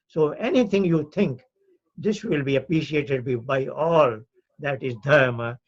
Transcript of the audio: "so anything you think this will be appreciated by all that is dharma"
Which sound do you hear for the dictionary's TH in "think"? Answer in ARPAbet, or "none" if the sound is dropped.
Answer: T